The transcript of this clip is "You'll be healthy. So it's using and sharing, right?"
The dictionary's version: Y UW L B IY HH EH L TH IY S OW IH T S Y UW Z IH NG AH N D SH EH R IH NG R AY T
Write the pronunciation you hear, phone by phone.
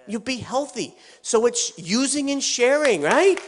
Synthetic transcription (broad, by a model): Y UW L B IY HH EH L TH IY S OW IH T S Y UW Z IH NG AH N SH EH R IH NG R AY T